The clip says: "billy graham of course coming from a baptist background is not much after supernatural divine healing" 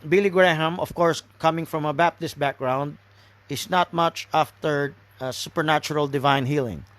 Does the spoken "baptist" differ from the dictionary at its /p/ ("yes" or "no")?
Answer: no